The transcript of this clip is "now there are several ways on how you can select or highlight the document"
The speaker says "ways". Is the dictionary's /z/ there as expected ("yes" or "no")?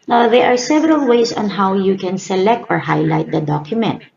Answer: no